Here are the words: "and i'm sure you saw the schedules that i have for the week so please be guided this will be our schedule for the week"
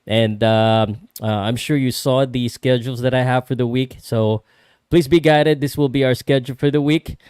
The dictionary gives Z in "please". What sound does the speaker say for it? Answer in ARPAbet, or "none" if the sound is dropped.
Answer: Z